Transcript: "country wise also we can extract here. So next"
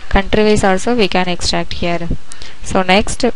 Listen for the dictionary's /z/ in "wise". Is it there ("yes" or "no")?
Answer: no